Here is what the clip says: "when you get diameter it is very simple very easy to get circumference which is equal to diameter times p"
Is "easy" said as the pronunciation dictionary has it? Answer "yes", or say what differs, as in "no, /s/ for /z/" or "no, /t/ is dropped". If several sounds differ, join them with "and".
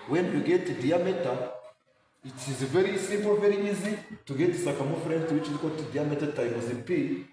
yes